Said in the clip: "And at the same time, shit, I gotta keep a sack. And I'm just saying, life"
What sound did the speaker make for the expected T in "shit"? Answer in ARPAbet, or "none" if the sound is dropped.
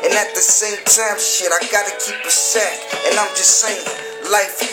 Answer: T